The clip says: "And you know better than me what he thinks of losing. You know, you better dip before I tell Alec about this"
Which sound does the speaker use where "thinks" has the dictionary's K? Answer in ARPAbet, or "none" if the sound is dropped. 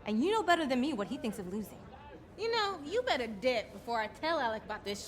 K